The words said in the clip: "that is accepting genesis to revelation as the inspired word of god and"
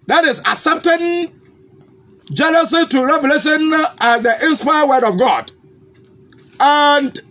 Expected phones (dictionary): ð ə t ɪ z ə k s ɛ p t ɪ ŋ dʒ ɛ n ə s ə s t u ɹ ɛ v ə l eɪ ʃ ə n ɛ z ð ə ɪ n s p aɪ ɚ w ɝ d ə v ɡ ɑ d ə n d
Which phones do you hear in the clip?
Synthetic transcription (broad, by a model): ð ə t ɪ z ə s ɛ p t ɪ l dʒ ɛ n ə s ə t u ɹ ɛ v ə l eɪ ʃ ə n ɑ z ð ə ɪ n s p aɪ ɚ w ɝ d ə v ɡ ɑ d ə n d